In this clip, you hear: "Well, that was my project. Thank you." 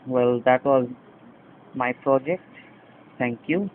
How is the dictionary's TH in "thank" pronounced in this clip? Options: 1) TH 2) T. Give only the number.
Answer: 2